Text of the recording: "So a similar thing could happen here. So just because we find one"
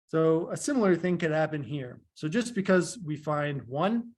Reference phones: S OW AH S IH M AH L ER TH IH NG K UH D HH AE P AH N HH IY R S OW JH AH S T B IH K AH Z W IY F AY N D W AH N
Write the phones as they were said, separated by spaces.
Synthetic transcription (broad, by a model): S OW AH S IH M L ER TH IH NG K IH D HH AE P AH N HH IY R S OW JH AH S B IH K AH Z W IY F AY N D W AH N